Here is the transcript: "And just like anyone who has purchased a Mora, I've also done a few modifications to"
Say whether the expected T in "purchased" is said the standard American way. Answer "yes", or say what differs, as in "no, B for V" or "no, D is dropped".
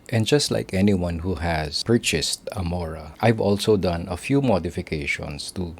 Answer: yes